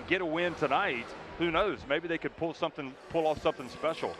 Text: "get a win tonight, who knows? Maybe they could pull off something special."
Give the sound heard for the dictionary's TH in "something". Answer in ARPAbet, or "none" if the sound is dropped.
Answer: TH